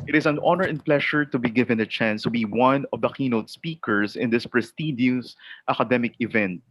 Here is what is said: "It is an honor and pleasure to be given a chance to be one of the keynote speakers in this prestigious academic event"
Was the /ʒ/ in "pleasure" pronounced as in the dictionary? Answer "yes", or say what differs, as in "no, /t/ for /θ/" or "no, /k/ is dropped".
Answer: no, /ʃ/ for /ʒ/